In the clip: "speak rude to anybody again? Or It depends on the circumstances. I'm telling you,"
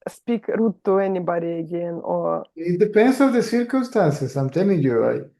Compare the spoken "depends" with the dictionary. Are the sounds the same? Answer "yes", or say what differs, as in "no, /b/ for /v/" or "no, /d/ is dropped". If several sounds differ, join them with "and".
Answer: no, /s/ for /z/